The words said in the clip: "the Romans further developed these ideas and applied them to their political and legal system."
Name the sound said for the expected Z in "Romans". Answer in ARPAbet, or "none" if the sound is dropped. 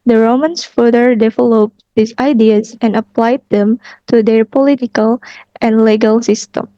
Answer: S